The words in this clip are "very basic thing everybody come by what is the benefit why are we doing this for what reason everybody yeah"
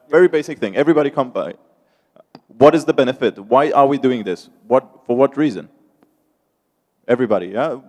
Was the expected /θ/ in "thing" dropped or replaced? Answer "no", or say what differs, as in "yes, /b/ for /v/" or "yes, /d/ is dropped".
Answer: no